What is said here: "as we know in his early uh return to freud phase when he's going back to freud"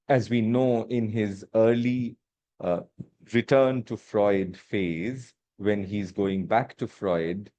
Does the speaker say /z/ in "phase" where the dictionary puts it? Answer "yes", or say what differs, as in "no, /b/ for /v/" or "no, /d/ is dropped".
yes